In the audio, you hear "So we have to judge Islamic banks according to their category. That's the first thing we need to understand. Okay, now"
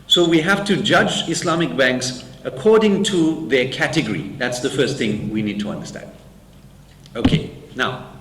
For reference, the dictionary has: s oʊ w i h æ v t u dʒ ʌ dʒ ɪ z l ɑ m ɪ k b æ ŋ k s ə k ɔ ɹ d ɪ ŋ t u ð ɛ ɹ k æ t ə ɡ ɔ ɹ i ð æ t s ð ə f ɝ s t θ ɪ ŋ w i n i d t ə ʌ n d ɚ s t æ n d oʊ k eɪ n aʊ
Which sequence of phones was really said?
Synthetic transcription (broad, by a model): s oʊ w i h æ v t u dʒ ʌ dʒ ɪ s l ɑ m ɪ k b æ ŋ k s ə k ɔ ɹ d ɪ ŋ t u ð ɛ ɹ k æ t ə ɡ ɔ ɹ i ð æ t s ð ə f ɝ s t θ ɪ ŋ w i n i d t ə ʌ n d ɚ s t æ n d oʊ k eɪ n aʊ